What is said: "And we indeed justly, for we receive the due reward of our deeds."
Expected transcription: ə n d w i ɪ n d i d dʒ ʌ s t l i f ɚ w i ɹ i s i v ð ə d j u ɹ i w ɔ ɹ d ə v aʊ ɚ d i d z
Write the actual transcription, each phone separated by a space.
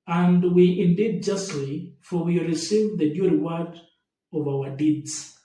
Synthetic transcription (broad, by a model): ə n d w i ɪ n d i d dʒ ʌ s t l i f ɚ w i ɹ i s i v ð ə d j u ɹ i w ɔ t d ə v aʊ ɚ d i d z